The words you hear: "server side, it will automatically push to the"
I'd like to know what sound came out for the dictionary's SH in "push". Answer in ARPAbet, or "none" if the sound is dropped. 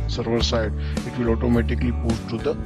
S